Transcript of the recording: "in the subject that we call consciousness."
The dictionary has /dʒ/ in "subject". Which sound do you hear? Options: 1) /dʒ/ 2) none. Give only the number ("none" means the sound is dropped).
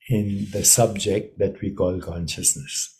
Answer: 1